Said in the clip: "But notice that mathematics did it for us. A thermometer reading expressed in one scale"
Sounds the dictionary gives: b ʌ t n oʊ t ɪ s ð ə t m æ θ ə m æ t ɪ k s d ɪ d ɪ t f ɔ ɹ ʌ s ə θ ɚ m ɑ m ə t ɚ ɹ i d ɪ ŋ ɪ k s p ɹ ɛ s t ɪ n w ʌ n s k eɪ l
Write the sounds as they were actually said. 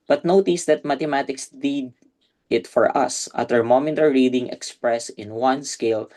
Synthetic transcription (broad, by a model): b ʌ t n oʊ t ɪ s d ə t m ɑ t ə m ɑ t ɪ k s d ɪ d ɪ t f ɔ ɹ ʌ s ə t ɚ m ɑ m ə t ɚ ɹ i d ɪ ŋ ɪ k s p ɹ ɛ s ɪ n w ʌ n s k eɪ l